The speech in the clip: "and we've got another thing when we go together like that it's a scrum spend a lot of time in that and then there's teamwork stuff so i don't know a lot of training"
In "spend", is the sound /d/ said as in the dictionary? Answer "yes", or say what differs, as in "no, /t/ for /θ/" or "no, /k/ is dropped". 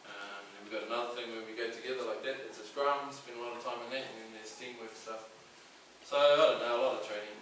no, /d/ is dropped